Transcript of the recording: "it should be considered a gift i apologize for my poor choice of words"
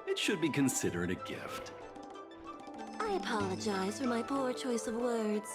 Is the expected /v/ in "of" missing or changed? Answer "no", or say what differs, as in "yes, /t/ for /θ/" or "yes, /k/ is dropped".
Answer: no